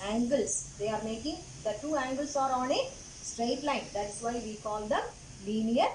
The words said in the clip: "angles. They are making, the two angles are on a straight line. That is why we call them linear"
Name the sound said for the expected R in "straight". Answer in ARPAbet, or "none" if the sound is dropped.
R